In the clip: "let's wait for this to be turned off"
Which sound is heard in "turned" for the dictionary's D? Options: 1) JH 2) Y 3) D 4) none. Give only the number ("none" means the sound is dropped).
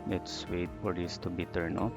4